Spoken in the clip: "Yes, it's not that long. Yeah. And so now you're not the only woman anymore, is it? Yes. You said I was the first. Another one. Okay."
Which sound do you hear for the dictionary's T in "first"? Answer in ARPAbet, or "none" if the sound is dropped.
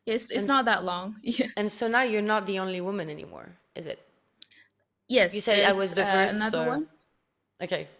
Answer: none